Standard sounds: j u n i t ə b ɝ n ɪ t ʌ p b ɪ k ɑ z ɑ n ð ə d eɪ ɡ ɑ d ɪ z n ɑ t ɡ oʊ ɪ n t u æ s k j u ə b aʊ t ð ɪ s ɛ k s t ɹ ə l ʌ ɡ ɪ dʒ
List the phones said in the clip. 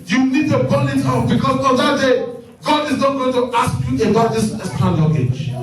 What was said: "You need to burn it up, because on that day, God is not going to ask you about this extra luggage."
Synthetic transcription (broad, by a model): j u n i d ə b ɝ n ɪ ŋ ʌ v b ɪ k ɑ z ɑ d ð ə d eɪ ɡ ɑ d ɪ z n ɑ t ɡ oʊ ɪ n t u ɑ s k j u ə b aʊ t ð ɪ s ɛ s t ə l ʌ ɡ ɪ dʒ